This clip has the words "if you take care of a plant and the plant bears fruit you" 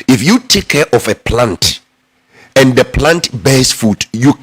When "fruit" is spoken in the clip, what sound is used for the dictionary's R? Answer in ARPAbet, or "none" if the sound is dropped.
none